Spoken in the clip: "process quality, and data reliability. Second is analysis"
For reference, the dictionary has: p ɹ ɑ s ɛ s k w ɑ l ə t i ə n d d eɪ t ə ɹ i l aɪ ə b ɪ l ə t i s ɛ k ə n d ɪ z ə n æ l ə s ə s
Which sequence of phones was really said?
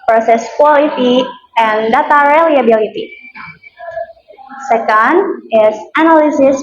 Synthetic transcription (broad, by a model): p ɹ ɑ s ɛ s k w ɑ l ə t i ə n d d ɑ t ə ɹ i l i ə b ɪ l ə t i s ɛ k ə n d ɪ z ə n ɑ l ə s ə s